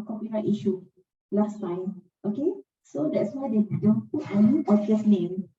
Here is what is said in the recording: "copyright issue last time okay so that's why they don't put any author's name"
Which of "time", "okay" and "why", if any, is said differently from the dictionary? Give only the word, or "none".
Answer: time